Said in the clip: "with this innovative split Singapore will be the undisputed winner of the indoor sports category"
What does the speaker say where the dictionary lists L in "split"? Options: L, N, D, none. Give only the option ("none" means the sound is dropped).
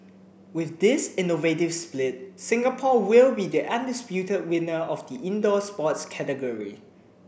L